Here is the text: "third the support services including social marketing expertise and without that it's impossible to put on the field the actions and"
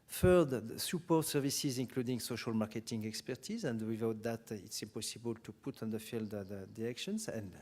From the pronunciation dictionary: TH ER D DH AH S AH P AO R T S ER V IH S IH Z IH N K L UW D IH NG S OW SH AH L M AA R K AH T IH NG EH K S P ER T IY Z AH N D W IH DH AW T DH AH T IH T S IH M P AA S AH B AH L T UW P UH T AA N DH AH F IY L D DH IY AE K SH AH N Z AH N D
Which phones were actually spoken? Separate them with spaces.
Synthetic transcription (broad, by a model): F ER D S AH P AO R T S ER V IH S IH Z IH N K L UW D IH NG S OW SH AH L M AA R K AH T IH NG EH K S P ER T IY Z AH N D W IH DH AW T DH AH T IH T S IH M P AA S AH B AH L T UW P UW T AA N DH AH F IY L D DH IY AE K SH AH N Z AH N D